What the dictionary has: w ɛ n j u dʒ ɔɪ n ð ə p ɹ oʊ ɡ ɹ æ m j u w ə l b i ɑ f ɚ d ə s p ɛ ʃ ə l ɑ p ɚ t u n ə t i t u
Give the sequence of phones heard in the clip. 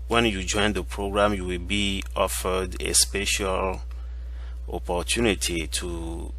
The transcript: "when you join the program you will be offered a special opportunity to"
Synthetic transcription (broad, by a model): w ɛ n j u dʒ ɔɪ n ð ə p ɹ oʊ ɡ ɹ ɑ m j u w ə l b i ɑ f ɚ d ə s p ɛ ʃ ə l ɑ p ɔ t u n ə t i t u